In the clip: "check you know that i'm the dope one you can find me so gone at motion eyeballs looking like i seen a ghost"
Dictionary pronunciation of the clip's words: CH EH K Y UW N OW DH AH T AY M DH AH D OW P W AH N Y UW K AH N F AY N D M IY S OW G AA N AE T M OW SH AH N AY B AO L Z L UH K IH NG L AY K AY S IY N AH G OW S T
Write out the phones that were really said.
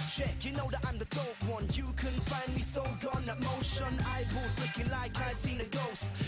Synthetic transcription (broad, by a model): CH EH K Y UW N OW DH AH T AY M DH AH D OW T W AH N Y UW K AH N F AY N D M IY S OW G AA N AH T M OW SH AH N AY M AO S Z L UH K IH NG L AY K AY S IY N AH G OW S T